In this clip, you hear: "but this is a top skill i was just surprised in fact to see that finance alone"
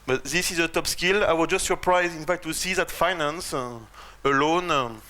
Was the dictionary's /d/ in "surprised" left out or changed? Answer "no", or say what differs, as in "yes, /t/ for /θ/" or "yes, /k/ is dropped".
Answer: yes, /d/ is dropped